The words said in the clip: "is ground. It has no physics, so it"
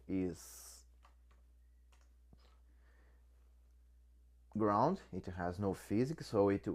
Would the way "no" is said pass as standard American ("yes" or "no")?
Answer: yes